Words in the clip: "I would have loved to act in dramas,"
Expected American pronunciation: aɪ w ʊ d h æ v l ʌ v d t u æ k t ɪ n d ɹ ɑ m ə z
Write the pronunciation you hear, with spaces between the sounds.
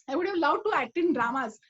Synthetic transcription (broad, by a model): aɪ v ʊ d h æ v l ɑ w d t u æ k t ɪ n d ɹ ɑ m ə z